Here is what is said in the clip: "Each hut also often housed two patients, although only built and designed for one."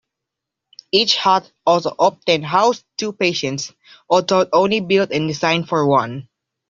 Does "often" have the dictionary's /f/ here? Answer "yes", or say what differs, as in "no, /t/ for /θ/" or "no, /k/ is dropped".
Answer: no, /p/ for /f/